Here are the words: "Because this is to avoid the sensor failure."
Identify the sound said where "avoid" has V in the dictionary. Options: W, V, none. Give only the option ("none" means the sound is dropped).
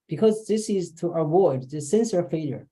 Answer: W